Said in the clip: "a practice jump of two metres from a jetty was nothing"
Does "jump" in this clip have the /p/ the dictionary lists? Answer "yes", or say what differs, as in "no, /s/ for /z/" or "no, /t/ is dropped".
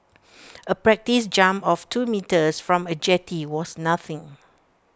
no, /p/ is dropped